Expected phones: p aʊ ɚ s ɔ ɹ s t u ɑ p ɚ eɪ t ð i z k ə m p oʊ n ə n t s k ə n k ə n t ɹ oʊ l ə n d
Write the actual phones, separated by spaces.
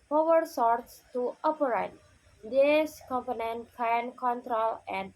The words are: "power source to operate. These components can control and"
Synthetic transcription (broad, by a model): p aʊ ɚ s ɔ ɹ s t u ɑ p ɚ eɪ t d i s k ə m p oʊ n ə n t k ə n k ə n t ɹ oʊ l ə n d